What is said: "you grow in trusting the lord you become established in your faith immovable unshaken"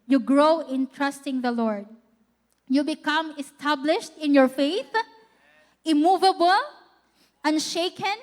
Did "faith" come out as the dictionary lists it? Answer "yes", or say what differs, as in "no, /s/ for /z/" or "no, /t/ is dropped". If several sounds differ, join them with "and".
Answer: yes